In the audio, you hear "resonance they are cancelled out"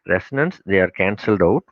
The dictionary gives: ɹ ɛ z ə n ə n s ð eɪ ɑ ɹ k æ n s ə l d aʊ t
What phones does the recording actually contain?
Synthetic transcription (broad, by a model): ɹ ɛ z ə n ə n s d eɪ ɑ ɹ k æ n s ə l d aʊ t